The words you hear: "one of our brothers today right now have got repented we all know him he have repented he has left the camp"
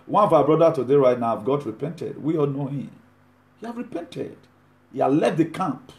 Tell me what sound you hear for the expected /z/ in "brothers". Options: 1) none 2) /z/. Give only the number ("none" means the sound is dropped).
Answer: 1